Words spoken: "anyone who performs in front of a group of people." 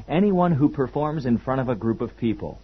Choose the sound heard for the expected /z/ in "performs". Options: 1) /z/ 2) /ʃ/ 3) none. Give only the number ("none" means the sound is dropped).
1